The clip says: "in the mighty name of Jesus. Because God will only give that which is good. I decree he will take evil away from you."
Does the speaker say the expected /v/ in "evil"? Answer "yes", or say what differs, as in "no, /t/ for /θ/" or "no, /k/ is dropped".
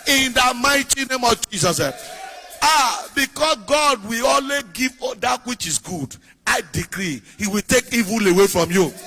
yes